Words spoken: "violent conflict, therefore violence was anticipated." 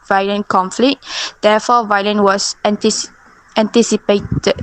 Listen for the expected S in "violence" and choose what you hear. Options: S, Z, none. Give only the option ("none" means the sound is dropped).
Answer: none